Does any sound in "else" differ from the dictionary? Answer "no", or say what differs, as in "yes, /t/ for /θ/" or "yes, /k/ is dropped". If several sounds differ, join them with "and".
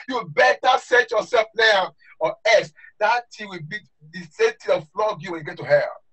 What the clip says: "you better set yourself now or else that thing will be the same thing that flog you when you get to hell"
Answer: yes, /l/ is dropped